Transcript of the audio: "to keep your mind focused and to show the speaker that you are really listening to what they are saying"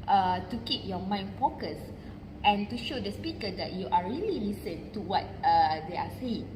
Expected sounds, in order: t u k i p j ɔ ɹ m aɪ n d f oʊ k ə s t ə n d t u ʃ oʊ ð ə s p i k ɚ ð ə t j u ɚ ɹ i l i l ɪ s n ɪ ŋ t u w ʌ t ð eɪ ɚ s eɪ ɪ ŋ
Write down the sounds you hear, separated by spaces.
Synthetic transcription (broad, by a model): t u k i p j ɔ m aɪ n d f oʊ k ə s t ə n t u ʃ oʊ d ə s p i k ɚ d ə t j u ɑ ɹ i l i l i s ɪ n t u w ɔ t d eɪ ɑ s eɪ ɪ ŋ